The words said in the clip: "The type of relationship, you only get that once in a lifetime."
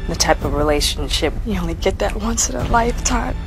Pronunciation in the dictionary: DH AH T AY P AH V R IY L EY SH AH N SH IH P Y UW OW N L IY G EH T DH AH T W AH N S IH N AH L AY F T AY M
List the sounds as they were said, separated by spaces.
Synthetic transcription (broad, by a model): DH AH T AY P AH V R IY L EY SH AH N SH IH P Y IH OW N L IY G EH T DH AH T W AH N S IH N AH L AY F T AY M